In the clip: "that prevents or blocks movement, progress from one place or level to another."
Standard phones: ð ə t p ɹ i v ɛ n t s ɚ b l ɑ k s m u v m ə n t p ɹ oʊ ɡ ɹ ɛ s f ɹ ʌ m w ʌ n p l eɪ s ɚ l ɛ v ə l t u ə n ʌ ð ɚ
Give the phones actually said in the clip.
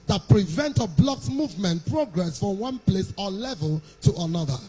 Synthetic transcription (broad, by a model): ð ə t p ɹ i v ɛ n t ɚ b l ɑ k s m u v m ə n t p ɹ oʊ ɡ ɹ ɛ s f ɹ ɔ m w ʌ n p l eɪ s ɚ l ɛ v ə l t u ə n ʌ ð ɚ